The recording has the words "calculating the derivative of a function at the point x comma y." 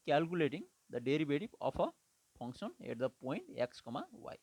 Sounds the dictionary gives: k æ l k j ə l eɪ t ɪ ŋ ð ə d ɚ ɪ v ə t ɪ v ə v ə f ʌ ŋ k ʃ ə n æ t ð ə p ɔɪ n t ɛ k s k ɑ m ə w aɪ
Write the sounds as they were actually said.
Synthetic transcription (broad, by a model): k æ l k j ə l eɪ t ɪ ŋ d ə d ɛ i b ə t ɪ p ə p ə p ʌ ŋ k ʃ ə n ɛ t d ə p ɔɪ n t ɛ k s k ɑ m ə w aɪ